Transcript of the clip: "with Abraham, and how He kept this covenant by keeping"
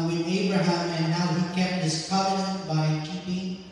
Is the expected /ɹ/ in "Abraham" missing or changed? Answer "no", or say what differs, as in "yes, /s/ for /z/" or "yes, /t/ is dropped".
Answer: yes, /ɹ/ is dropped